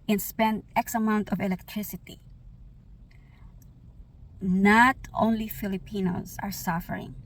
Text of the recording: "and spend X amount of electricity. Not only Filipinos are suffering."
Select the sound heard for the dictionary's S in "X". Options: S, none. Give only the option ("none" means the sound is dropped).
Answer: S